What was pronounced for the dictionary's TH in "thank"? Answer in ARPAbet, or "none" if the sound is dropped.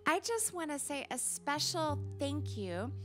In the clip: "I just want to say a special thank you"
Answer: TH